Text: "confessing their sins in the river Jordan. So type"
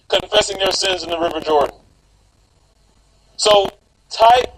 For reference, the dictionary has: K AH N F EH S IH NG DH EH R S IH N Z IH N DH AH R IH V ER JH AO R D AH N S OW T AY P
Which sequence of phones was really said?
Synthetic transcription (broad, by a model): K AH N F EH S IH NG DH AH R S IH N Z IH N DH AH R IH V ER JH AO R D N S OW T AY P